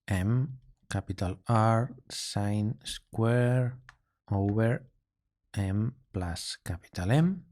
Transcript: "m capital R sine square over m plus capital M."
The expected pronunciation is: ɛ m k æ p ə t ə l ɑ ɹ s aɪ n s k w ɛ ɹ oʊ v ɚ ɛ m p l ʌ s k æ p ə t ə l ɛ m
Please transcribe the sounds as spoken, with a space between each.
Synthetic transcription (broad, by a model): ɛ m k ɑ p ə t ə l ɑ ɹ s aɪ n s k w ɛ ɹ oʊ b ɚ ɛ m p l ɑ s k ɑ p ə t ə l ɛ m